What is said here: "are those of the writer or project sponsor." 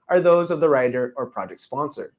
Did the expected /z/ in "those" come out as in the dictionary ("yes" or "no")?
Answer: yes